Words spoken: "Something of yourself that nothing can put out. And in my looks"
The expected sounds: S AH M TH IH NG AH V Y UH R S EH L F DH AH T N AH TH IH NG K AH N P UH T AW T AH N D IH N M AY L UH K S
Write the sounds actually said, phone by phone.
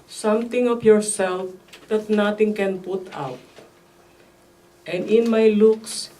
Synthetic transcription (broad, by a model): S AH M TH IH NG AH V Y UH R S EH L F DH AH T N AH T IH NG K AH N P UH T AW T AH N D IH N M AY L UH K S